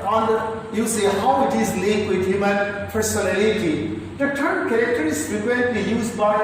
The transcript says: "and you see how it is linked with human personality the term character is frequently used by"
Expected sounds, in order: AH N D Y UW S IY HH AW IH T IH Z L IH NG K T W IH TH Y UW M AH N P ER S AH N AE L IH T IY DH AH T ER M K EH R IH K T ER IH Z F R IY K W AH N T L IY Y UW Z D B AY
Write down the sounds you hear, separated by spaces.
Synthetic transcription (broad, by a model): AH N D Y UW S IY HH AW IH T IH Z L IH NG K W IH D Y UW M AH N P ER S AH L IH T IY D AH T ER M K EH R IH K T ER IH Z P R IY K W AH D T IY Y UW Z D B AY